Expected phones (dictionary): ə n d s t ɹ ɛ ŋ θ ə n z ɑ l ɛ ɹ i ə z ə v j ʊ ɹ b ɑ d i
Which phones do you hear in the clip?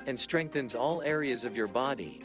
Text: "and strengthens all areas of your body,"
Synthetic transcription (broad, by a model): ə n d s t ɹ ɛ ŋ θ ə n z ɑ l ɛ ɹ i ə z ə v j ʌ ɹ b ɑ d i